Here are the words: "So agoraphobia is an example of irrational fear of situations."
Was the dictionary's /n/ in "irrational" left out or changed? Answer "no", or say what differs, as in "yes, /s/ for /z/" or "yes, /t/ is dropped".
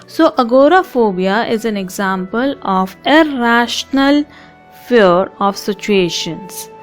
no